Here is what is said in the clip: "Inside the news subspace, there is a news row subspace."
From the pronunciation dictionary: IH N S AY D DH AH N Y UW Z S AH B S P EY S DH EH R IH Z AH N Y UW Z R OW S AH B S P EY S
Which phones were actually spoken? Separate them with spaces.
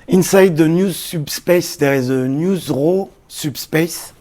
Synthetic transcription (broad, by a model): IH N S AY D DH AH N Y UW Z S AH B S P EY S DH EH R IH Z AH N Y UW Z R OW S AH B S P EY S